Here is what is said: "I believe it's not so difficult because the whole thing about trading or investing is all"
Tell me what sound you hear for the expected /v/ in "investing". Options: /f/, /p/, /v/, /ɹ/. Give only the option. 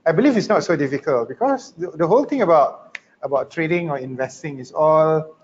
/v/